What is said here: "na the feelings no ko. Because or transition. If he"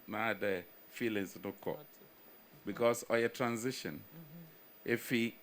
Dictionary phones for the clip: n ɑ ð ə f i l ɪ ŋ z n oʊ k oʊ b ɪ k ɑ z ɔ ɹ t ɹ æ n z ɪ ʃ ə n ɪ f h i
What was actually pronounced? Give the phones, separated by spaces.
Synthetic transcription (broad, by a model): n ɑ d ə f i l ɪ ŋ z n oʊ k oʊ b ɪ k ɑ s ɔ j t ɹ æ n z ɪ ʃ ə n ɪ f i